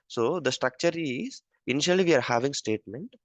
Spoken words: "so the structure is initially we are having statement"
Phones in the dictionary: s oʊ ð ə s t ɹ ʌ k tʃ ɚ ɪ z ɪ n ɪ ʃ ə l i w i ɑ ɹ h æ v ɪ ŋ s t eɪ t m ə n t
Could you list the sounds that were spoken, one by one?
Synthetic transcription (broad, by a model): s oʊ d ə s t ɹ ʌ k tʃ ɚ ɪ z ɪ n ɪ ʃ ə l i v i ɑ ɹ h æ v ɪ ŋ s t eɪ t m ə n t